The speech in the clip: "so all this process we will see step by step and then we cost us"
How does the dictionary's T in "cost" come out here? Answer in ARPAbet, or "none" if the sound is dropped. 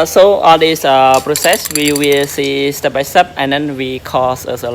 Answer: none